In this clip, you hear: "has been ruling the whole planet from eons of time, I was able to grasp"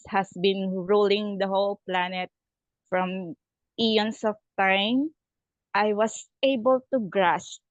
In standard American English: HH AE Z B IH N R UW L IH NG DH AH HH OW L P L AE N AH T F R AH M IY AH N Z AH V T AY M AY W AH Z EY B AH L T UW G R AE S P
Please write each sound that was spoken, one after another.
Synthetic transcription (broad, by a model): HH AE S B IH N R UW L IH NG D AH HH OW L P L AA N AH T F R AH M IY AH N S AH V T AY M AY W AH S EY B AH L T UW G R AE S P